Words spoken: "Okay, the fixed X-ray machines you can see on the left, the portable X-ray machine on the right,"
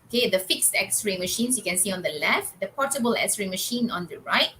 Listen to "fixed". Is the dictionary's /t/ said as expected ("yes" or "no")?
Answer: yes